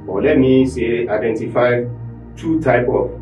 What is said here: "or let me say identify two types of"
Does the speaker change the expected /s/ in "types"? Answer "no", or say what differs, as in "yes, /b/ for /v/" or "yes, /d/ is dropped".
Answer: yes, /s/ is dropped